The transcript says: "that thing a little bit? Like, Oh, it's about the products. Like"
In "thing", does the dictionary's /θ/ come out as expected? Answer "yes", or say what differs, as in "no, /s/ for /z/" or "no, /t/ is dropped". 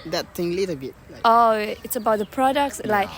no, /t/ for /θ/